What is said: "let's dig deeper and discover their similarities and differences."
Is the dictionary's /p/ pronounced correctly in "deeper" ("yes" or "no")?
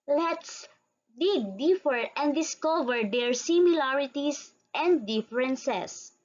no